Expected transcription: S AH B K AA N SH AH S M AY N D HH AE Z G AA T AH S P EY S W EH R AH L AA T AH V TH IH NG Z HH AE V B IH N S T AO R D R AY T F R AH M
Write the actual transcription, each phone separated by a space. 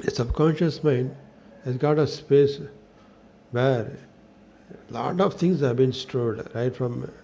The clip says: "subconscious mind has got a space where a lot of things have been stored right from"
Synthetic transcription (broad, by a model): S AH B K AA N SH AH S M AY N D HH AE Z G AA T AH S P EY S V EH R L AA T AH V T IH NG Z HH AE V B IH N S T AO L D R AY T F R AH M